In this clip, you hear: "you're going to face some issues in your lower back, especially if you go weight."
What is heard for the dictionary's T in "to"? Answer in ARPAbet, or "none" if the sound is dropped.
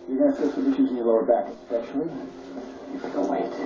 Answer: S